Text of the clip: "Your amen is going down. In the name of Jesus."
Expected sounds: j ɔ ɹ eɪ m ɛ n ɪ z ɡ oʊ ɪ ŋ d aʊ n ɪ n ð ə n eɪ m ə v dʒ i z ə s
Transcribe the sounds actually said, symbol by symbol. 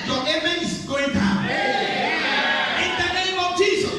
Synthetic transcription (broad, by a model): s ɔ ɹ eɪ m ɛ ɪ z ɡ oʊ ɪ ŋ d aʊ ɪ n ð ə n eɪ m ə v dʒ i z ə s